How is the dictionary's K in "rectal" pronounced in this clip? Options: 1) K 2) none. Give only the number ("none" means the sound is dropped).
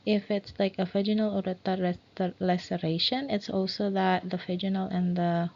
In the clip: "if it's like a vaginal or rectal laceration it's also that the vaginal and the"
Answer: 2